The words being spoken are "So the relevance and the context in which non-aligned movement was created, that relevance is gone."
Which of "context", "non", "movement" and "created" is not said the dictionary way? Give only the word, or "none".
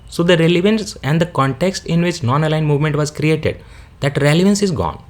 none